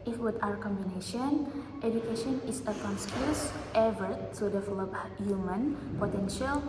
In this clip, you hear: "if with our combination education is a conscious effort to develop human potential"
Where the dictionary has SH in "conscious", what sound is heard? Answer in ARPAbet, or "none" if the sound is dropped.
S